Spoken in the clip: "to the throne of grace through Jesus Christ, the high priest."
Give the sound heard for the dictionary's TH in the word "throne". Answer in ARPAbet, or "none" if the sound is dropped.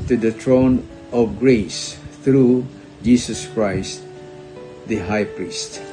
T